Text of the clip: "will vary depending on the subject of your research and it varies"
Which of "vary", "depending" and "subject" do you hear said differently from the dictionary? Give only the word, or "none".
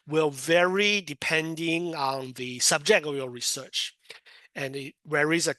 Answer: none